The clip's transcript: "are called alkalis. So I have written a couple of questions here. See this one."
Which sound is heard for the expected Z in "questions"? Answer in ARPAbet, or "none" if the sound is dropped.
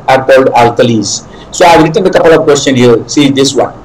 none